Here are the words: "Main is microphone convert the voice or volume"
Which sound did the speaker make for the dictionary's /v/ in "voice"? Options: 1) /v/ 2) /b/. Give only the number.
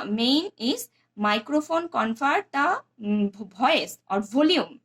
2